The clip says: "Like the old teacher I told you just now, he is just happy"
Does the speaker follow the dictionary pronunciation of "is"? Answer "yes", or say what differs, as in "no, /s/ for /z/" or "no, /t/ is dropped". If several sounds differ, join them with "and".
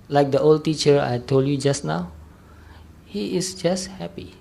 no, /s/ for /z/